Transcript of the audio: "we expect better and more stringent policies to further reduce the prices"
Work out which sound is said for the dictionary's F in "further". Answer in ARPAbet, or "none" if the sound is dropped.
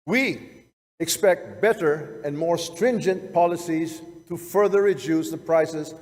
F